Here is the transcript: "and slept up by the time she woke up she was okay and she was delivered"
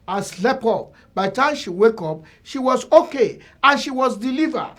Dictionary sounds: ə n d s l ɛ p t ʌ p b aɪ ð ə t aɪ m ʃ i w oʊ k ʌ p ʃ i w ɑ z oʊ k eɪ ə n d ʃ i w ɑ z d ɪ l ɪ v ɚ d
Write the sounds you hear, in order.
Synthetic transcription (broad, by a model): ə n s l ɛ p ɔ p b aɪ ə t aɪ m ʃ i w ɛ k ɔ p ʃ i w ɑ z oʊ k eɪ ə n ʃ i w ɑ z d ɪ l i v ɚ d